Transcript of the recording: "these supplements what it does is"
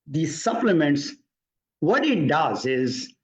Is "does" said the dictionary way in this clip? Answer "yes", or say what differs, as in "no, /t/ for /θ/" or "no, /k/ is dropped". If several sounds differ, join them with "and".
yes